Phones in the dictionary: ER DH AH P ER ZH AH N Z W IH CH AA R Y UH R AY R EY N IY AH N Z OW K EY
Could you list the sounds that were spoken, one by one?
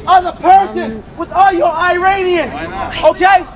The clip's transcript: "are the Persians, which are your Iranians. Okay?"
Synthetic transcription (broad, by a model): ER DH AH P ER S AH N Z W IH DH AA L Y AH R AY R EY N IY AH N S OW K EY